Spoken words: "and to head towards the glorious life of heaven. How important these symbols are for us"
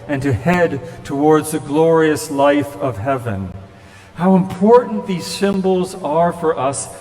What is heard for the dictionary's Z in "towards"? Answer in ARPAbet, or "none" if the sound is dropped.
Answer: Z